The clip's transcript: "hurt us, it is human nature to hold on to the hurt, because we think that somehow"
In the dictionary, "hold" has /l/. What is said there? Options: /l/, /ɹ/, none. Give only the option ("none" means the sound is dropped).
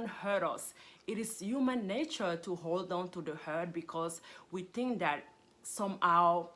/l/